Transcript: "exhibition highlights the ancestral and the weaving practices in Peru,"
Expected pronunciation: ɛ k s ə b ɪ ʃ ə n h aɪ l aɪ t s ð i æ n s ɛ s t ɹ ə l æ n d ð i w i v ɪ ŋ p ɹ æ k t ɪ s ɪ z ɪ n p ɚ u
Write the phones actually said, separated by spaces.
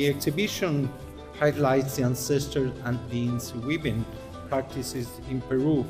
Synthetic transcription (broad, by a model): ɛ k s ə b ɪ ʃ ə n h aɪ l aɪ t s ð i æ n s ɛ s t ə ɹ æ n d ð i w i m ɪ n p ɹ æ k t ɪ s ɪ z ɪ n p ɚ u